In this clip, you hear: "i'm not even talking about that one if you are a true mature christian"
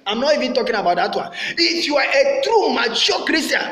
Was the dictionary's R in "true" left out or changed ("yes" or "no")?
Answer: no